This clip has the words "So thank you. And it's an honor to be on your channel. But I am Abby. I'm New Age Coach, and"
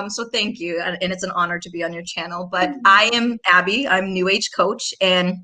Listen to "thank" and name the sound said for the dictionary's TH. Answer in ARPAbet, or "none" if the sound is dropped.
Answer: TH